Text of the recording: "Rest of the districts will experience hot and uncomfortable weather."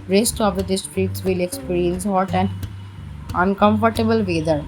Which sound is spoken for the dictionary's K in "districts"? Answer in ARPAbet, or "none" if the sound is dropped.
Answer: none